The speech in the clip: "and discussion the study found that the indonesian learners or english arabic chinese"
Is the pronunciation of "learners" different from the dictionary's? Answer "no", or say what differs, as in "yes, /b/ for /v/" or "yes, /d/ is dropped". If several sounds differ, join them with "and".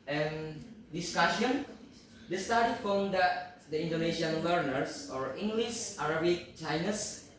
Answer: yes, /w/ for /l/ and /s/ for /z/